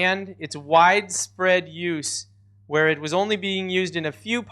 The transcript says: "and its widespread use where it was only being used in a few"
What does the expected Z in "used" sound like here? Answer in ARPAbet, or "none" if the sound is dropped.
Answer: Z